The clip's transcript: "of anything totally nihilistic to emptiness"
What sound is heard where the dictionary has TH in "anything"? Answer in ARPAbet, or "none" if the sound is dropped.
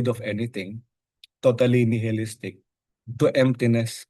T